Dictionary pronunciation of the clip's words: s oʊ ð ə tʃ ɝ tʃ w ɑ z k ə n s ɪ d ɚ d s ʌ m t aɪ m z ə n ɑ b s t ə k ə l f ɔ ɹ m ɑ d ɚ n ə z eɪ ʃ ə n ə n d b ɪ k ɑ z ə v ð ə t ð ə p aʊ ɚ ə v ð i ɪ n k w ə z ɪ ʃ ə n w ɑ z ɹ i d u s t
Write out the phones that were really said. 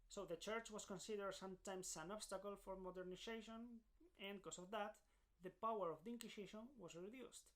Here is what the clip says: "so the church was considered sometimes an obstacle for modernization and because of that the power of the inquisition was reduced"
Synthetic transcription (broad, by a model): s oʊ ð ə tʃ ɝ tʃ w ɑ s k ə n s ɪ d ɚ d s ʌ m t aɪ m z ə n ɑ b s t ə k ə l f ɔ ɹ m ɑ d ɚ n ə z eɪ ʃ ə n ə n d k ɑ s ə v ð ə t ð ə p aʊ ɚ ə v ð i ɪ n k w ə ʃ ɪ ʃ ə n w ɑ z ɹ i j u s t